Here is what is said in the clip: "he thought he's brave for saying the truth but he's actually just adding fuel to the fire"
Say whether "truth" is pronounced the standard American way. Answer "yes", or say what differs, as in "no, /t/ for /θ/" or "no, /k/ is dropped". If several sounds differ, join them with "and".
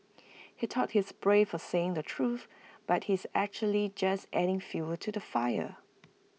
yes